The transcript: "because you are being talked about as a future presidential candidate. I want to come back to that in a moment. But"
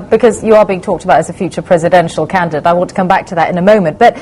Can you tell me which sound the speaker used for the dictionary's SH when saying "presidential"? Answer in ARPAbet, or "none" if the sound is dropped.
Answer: SH